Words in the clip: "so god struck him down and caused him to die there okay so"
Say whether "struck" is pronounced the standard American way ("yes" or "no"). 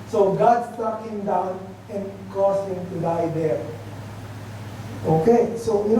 no